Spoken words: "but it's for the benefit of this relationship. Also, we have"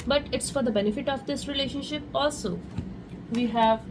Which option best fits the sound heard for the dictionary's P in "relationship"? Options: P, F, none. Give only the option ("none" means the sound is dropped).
P